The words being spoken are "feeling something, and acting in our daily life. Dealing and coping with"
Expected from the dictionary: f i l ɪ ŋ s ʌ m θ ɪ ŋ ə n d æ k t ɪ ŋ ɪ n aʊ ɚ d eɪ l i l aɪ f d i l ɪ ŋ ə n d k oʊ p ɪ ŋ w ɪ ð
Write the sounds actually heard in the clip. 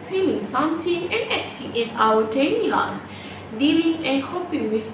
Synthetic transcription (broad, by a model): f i l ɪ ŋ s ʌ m t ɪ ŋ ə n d æ k t ɪ ŋ ɪ n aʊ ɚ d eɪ n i l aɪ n d i l ɪ ŋ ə n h oʊ p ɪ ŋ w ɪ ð